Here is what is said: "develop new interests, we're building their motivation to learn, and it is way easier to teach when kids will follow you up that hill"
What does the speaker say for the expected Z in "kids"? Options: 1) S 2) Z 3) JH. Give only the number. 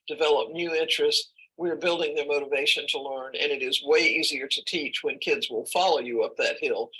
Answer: 2